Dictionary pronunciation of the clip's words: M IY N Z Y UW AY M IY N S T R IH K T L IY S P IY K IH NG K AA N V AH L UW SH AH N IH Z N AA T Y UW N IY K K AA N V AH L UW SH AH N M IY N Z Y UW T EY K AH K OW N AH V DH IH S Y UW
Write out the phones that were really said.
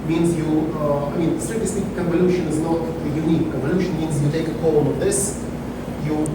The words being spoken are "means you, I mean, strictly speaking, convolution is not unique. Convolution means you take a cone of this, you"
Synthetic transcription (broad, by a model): M IY N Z Y UW AY M IY N S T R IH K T IY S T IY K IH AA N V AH L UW SH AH N IH Z N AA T Y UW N IY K K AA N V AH L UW SH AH N M IY N Z Y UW T EY K AH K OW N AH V DH IH S Y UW